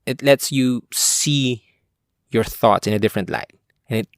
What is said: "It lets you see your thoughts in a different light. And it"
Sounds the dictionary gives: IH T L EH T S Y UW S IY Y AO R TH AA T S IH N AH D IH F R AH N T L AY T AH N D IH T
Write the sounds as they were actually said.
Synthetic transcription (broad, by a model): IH T L EH T S Y UW S IY Y AO R TH AA T S IH N AH D IH F R AH N T L AY T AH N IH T